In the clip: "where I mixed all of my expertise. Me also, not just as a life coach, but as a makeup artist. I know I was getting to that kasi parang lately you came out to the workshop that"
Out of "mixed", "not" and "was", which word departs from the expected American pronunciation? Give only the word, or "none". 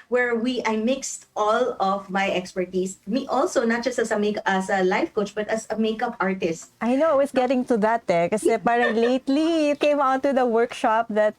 was